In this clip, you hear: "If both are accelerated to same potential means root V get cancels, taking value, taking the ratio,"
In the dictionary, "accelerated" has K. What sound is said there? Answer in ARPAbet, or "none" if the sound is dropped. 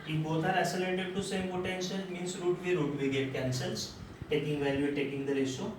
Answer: none